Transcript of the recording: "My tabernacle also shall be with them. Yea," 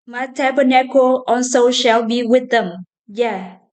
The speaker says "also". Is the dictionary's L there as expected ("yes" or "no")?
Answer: no